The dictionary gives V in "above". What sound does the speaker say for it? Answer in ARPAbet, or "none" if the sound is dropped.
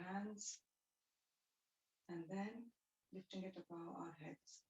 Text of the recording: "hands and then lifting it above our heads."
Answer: none